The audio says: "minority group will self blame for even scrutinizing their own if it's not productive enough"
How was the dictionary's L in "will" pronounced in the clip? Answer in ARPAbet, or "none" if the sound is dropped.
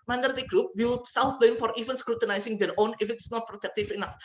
W